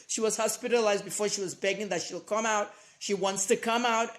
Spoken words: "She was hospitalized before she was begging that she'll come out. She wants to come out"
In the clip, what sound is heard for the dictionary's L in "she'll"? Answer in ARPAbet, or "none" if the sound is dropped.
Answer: L